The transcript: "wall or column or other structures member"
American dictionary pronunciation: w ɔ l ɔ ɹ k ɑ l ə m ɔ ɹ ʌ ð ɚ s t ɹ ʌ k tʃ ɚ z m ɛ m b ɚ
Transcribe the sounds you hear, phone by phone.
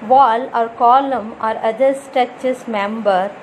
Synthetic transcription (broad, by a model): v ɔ l ɔ ɹ k ɑ l ə m ɔ ɹ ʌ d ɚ s t ʌ tʃ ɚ s m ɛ m b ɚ